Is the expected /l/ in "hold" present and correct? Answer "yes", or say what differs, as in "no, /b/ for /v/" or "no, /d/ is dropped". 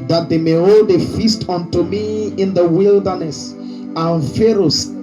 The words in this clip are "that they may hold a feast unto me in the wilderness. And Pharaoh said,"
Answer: yes